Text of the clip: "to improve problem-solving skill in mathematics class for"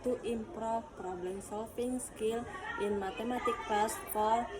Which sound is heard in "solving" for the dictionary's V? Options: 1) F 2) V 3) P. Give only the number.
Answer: 1